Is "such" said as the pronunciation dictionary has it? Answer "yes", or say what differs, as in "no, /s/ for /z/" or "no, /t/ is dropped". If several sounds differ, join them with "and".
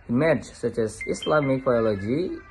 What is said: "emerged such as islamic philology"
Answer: yes